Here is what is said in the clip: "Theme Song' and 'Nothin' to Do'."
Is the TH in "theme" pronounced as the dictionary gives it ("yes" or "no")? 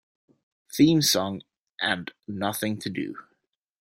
yes